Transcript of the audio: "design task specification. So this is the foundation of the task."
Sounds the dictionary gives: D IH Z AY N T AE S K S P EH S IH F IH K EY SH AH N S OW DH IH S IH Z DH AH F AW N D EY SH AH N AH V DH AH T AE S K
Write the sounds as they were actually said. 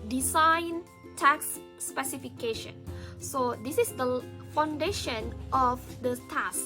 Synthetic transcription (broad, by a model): D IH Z AY N T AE K S P EH S IH F IH K EY SH AH N S OW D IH S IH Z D AH F AW N D EY SH AH N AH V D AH T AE S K